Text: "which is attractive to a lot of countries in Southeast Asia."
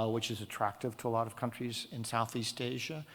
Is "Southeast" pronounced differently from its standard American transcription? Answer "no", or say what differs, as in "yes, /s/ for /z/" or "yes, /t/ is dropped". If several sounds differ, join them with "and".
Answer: no